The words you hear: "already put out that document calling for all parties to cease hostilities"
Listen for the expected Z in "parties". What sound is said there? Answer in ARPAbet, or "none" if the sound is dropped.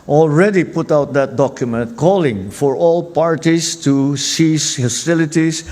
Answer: S